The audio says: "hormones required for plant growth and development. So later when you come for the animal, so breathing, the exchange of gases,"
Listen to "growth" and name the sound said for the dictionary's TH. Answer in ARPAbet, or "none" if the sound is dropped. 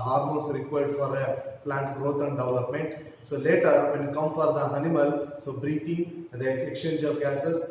T